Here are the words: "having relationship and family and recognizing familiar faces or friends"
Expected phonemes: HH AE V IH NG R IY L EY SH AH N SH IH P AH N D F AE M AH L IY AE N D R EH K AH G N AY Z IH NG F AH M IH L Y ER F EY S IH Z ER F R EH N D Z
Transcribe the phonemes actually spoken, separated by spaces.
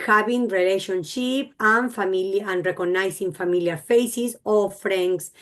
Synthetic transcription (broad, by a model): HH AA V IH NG R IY L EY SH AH N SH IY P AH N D F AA M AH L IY N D R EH K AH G N AY S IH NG F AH M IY L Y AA F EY S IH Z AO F R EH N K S